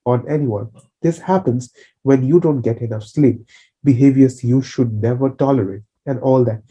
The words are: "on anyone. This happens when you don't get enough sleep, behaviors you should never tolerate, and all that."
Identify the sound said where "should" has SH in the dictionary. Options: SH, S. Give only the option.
SH